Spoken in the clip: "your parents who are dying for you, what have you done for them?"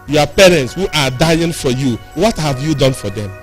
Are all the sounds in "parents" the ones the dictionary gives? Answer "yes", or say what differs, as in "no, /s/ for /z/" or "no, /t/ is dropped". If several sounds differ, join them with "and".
yes